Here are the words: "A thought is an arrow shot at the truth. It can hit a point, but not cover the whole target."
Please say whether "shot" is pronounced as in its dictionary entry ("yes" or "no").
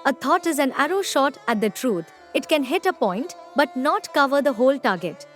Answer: yes